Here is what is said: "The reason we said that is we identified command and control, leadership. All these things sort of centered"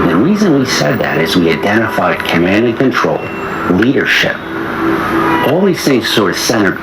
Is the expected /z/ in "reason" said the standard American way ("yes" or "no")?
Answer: yes